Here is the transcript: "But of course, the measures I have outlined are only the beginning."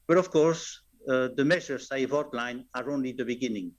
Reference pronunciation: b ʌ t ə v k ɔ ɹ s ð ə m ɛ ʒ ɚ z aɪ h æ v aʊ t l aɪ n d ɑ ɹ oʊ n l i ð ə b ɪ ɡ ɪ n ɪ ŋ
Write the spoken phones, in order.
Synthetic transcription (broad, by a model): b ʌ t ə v k ɔ ɹ s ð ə m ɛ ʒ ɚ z aɪ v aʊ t l aɪ n ɑ ɹ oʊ n l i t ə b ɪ ɡ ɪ n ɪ ŋ